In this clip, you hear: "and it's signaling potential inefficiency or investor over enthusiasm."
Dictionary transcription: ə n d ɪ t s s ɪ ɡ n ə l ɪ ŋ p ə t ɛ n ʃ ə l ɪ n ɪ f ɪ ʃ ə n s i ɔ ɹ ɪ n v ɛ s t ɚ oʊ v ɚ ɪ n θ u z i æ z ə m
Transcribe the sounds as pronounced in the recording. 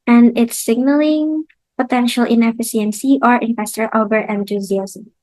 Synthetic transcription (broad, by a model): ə n d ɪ t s s ɪ ɡ n ə l ɪ ŋ p ə t ɛ n ʃ ə l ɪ n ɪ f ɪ s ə n s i ɔ ɹ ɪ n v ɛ s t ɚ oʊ b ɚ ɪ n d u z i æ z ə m